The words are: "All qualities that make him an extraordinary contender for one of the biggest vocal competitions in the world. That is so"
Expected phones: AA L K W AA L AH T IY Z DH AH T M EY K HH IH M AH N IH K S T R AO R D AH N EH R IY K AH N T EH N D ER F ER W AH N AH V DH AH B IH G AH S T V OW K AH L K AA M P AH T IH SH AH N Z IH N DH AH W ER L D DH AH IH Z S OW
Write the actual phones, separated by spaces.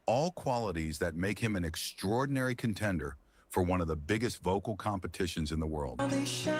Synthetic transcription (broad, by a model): AA L K W AA L AH T IY Z DH AH T M EY K HH IH M AH N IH K S T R AO R D N EH R IY K AH N T EH N D ER F ER W AH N AH V DH AH B IH G AH S T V OW K L K AA M P AH T IH SH AH N Z IH N DH AH W ER L D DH